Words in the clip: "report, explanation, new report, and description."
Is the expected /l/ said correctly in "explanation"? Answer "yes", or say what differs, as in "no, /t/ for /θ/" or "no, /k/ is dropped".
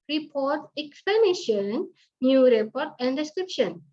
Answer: no, /l/ is dropped